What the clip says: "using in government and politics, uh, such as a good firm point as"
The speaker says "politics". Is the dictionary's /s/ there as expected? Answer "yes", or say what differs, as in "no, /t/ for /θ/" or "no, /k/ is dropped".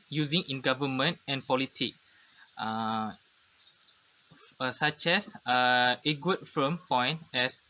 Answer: no, /s/ is dropped